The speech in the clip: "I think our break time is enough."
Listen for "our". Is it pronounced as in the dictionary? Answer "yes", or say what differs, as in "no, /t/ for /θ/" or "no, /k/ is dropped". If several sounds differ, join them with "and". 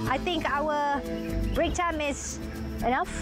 no, /l/ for /ɹ/